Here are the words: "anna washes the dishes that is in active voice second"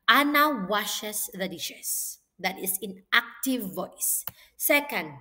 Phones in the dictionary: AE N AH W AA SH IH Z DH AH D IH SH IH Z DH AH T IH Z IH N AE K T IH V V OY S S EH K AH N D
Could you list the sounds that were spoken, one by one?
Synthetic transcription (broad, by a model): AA N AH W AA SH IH S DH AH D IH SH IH S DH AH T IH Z IH N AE K T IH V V OY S S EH K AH N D